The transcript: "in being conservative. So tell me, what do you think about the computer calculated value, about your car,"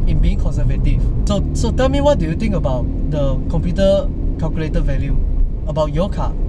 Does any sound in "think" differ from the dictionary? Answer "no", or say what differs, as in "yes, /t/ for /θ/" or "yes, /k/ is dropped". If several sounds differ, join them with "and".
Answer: yes, /t/ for /θ/